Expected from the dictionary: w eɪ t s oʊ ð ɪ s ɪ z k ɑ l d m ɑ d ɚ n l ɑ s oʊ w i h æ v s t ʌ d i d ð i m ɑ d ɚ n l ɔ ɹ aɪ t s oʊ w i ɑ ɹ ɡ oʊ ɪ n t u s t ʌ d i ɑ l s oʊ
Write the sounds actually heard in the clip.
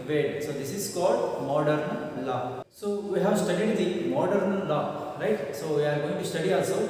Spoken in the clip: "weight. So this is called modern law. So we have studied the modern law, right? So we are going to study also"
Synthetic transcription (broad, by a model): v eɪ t s oʊ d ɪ s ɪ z k ɑ l d m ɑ d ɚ n l ɑ s oʊ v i h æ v s t ʌ d i d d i m ɑ d ɚ n l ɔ ɹ aɪ t s oʊ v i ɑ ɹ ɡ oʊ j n t u s t ʌ d i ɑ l s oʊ